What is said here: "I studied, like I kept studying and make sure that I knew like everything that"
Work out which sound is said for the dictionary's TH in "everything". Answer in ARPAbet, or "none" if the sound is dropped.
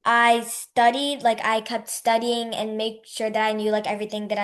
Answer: TH